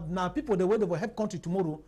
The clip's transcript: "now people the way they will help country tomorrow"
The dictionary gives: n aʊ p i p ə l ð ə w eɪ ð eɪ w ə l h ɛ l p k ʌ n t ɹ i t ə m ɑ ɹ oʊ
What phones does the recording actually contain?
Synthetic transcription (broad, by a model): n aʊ p i p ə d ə w eɪ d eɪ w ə h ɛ p k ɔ n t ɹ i t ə m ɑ ɹ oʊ